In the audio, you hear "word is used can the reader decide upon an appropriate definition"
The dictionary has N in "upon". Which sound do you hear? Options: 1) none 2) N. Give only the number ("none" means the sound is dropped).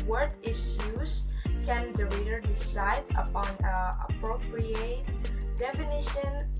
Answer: 2